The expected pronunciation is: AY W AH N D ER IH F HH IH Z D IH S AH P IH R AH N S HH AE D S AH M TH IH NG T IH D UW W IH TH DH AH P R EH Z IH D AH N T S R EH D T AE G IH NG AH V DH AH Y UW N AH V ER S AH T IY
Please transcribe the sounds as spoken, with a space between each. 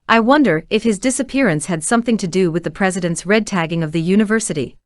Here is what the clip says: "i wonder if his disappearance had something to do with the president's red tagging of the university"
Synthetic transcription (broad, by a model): AY W AH N D ER IH F HH IH Z D IH S AH P IH R AH N S HH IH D S AH M TH IH NG T IH D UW W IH DH AH P R EH Z IH D AH N T S R EH D T AE G IH NG AH V DH AH Y UW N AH V ER S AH T IY